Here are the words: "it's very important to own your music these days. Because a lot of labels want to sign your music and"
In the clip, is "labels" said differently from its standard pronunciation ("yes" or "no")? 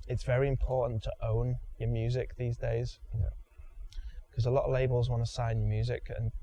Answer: no